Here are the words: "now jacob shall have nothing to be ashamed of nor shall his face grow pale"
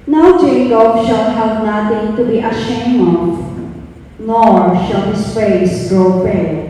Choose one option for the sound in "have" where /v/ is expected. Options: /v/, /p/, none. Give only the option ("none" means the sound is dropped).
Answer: /p/